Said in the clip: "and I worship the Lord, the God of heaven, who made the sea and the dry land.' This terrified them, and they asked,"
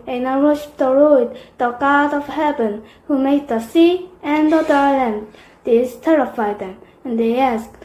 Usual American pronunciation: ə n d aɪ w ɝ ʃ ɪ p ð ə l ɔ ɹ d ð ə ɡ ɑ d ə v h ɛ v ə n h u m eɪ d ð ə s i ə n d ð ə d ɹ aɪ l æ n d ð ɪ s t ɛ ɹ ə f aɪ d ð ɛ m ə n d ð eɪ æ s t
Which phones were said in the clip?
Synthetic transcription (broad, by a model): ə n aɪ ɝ ɪ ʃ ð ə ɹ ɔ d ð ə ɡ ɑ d ə v h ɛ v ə n h u m eɪ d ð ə s i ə n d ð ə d aɪ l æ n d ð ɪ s t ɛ ɹ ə f aɪ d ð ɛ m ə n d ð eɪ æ s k